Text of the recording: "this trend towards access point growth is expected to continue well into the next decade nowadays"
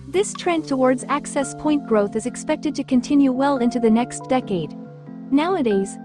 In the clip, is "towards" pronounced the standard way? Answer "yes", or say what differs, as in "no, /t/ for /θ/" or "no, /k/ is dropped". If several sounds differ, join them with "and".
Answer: yes